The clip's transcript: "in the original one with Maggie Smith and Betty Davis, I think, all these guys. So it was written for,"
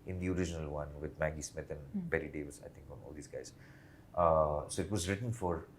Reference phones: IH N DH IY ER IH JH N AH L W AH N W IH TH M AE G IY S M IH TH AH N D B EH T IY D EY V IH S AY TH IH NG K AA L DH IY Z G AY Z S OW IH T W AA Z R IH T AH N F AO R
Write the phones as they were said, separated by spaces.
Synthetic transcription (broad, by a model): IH N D IY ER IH JH N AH L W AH N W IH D M AE G IY S M IH T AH N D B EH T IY D EY V IH S AY T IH NG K AA L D IY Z G AY Z S OW IH T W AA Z R IH T AH N F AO R